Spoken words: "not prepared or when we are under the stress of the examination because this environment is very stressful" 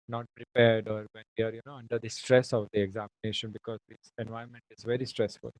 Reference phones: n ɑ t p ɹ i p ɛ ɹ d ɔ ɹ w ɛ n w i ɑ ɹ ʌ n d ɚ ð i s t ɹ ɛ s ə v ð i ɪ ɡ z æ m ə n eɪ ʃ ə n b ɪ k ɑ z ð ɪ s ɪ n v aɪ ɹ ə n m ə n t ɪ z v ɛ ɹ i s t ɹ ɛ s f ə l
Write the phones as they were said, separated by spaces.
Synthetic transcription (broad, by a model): n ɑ t p ɹ i p ɛ ɹ d ɔ ɹ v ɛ n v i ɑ ɹ ʌ n d ɚ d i s t ɹ ɛ s ə v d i ɪ ɡ z æ m ə n eɪ ʃ ə n b ɪ k ɑ z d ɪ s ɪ n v aɪ ə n m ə n t ɪ z v ɛ ɹ i s t ɹ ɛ s f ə l